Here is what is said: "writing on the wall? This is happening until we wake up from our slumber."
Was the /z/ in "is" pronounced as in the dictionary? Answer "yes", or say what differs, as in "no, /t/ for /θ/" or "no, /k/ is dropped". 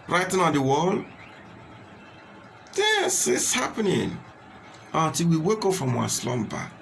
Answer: no, /s/ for /z/